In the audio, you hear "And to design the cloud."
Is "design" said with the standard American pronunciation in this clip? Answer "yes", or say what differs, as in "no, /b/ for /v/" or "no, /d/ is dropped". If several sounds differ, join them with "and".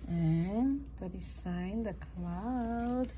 no, /s/ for /z/